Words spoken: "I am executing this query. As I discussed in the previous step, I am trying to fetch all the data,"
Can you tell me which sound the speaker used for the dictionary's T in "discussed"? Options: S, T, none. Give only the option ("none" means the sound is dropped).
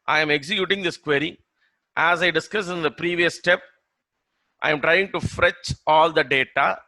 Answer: none